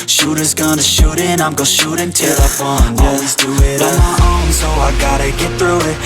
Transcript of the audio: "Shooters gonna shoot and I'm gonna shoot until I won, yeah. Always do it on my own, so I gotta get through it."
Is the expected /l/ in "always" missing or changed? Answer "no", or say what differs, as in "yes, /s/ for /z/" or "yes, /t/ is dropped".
yes, /n/ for /l/